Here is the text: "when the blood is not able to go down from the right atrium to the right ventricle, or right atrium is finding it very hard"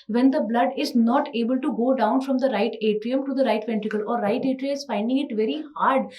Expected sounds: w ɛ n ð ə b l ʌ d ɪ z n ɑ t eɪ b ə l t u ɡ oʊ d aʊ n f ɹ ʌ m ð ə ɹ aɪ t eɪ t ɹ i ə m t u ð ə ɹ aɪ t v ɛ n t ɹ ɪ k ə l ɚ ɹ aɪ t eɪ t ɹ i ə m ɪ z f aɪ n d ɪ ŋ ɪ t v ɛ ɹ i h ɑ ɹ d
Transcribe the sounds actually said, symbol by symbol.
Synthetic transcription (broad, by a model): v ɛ n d ə b l ʌ d ɪ z n ɑ t eɪ b ə l t u ɡ oʊ d aʊ n f ɹ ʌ m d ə ɹ aɪ t eɪ t ɹ i ə m t u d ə ɹ aɪ t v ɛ n t ɪ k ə l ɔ ɹ aɪ t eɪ t ɹ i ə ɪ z f aɪ n d ɪ ŋ ɪ t v ɛ ɹ i h ɑ ɹ d